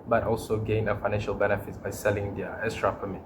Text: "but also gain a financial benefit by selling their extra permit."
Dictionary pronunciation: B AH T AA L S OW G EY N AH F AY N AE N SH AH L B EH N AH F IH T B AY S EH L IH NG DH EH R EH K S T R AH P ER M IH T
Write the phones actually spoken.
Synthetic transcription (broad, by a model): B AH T AA L S OW G EY N AH F AY N AE N SH AH L B EH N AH F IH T B AY S EH L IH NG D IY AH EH S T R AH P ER M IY